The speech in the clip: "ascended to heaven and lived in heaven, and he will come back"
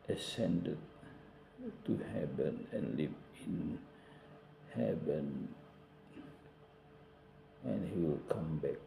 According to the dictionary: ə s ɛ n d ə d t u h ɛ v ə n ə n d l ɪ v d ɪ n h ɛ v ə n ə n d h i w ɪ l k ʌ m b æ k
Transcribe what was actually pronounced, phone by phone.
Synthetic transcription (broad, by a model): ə s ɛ n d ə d t u h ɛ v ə n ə n l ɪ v ɪ n h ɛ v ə n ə n h i w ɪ l k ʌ m b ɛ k